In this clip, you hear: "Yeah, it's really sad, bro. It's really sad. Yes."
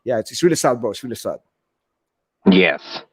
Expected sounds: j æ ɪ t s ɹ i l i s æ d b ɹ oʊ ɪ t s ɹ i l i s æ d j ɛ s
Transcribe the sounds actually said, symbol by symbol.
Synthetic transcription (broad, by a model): j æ ɪ t s ɹ i l i s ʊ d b oʊ ɪ t s ɹ i l i s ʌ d j ɛ s